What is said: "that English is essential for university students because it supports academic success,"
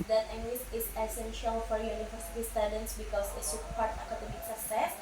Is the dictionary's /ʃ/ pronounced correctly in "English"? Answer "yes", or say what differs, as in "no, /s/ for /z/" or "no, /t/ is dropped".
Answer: no, /s/ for /ʃ/